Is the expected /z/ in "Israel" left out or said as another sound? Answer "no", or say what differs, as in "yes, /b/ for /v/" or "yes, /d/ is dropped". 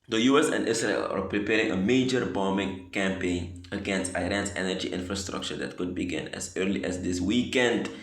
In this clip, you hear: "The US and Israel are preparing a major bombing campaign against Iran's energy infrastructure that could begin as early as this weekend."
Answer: yes, /s/ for /z/